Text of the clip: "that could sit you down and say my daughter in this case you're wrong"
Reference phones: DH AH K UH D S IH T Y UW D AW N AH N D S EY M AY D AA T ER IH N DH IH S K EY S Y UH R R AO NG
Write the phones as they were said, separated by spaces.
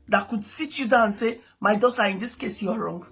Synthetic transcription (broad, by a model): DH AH K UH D S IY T Y UW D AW AH N S EY M AY D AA T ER IH N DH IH S K EY S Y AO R R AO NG